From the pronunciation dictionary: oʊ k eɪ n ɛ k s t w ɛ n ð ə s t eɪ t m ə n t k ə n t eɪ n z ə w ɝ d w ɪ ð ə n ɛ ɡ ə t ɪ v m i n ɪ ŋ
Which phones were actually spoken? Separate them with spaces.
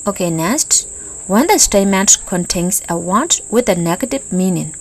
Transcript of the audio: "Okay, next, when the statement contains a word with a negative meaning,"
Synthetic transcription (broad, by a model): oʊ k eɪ n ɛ s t w ɛ n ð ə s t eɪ m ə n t k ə n t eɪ n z ə w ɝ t w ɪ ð ə n ɛ ɡ ə t ɪ v m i n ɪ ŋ